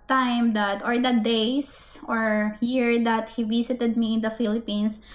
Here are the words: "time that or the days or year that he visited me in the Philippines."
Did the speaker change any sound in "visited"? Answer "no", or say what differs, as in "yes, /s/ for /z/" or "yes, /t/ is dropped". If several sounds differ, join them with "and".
yes, /s/ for /z/